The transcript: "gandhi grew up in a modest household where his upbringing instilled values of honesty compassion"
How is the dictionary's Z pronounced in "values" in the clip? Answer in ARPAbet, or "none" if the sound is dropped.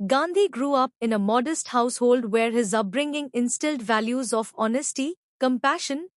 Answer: Z